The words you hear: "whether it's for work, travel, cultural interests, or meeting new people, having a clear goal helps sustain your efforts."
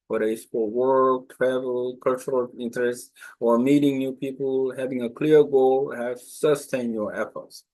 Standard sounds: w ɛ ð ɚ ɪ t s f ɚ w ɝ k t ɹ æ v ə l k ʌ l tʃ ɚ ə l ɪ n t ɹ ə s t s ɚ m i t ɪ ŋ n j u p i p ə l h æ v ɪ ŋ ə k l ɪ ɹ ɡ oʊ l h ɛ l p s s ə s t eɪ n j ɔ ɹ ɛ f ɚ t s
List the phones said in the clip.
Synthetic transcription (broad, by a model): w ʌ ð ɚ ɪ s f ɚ w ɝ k t ɹ æ v ə l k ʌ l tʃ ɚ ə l ɪ n t ɹ ə s t s ɚ m i t ɪ ŋ n j u p i p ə l h æ v ɪ ŋ ə k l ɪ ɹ ɡ oʊ l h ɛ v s s ə s t eɪ n j ɔ ɹ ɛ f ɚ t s